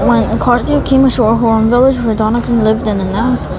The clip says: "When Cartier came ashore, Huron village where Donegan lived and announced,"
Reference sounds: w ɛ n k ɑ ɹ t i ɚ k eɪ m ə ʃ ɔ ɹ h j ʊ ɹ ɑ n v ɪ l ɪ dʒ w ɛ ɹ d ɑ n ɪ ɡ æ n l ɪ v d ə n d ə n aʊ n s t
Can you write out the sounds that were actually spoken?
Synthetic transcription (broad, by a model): w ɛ n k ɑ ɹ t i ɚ k eɪ m ə ʃ ɔ ɹ h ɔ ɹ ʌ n v ɪ l ɪ dʒ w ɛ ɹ d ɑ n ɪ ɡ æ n l ɪ v d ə n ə n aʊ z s